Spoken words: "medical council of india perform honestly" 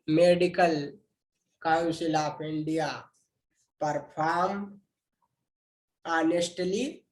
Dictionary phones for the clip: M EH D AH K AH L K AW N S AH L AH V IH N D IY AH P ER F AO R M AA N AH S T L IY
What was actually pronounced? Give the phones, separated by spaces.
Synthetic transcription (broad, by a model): M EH D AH K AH L K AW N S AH L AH P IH N D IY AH P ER P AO R M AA N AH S T L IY